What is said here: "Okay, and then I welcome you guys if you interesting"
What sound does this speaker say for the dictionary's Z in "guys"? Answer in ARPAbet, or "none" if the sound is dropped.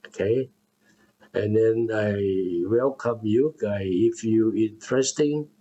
none